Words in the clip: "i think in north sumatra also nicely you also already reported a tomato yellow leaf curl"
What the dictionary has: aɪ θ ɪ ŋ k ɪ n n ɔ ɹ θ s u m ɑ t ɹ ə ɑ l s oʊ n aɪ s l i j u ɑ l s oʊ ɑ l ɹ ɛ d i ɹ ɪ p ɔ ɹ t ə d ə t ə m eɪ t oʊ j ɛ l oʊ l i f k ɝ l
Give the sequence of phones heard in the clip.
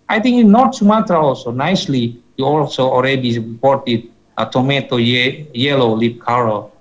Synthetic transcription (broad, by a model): aɪ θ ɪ ŋ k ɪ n n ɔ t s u m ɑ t ə ɑ l s oʊ n aɪ s l i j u ɑ l s oʊ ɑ l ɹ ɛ d i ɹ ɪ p ɔ ɹ t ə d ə t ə m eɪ t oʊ j ɛ l oʊ l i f k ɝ l